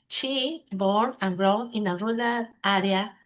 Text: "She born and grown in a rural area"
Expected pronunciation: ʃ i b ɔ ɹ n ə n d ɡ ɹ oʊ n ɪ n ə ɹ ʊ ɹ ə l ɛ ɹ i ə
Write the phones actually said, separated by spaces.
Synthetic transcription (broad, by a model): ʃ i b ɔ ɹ ə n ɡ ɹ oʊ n ɪ n ə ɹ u l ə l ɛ ɹ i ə